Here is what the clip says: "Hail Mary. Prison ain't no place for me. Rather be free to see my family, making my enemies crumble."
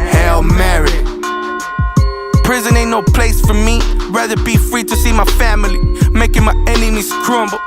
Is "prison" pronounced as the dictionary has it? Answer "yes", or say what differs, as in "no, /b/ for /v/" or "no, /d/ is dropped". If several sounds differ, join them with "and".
yes